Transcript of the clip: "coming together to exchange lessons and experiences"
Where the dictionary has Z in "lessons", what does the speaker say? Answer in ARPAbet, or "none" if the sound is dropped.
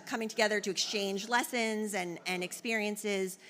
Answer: Z